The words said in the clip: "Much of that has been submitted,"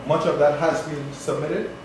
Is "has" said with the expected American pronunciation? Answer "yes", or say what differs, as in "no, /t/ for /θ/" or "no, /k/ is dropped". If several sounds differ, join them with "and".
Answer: yes